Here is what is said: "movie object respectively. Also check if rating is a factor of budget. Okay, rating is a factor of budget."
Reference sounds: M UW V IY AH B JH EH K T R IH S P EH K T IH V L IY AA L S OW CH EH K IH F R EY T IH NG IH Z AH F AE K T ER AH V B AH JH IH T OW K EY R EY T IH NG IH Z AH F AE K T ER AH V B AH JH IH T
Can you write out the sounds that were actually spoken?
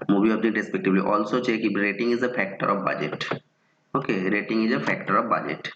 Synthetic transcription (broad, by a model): M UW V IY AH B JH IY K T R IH S P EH K T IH B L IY AA L S OW CH EH K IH R EY T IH NG IH Z AH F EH K T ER AH V B AH JH IH T OW K EY R EY T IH NG IH Z AH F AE K T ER AH V B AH JH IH T